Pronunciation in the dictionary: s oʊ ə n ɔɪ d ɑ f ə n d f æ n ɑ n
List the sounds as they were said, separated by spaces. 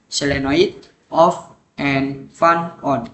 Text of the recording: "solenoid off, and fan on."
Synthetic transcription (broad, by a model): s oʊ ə n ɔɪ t ɑ f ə n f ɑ n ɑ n